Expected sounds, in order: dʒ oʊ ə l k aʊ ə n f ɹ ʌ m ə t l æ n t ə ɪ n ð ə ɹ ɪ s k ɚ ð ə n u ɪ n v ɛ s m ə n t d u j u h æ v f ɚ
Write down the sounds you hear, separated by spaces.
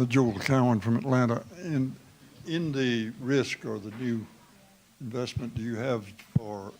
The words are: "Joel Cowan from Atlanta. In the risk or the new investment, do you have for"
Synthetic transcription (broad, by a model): dʒ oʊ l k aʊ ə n f ɹ ʌ m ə t l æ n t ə ɪ n ð ə ɹ ɪ s k ɚ ð ə n u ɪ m v ɛ s m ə n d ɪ j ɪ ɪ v f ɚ